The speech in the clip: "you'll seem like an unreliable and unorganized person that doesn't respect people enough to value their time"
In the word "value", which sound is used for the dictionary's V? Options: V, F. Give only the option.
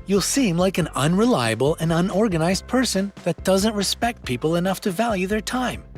V